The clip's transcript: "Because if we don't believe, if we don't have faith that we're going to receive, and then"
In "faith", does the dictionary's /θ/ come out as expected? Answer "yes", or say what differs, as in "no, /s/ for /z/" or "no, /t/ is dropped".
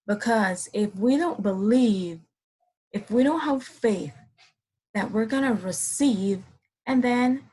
yes